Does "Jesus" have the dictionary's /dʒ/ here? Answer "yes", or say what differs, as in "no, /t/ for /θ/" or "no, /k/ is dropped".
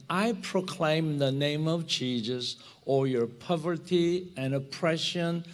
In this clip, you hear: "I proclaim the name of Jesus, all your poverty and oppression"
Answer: no, /tʃ/ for /dʒ/